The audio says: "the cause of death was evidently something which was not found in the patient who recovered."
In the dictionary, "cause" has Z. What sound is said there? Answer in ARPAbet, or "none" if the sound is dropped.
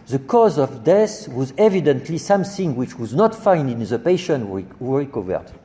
Z